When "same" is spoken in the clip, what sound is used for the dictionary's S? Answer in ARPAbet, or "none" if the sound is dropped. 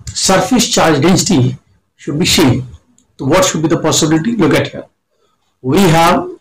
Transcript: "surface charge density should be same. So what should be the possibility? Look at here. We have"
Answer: SH